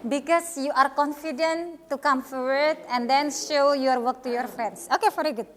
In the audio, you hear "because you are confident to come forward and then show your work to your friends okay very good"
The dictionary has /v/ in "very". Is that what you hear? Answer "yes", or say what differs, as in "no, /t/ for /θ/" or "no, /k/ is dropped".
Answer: no, /f/ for /v/